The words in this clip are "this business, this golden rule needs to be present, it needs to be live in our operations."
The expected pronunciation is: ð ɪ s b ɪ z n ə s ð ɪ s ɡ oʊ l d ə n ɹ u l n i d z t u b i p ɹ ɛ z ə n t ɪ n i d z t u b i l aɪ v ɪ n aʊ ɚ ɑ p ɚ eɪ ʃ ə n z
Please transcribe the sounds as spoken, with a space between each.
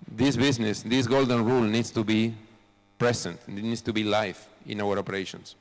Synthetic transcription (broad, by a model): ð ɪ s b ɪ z n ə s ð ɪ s ɡ oʊ l d ə n ɹ u l n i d s t u b i p ɹ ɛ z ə n t n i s t u b i l aɪ f ɪ n aʊ ɚ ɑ p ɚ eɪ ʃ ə n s